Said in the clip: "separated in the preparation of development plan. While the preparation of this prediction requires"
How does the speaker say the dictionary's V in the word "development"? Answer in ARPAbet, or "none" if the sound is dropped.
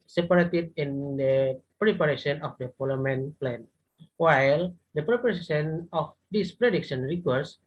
F